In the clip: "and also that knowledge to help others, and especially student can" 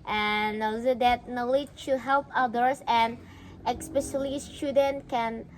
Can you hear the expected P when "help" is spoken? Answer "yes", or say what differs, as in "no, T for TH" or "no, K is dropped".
yes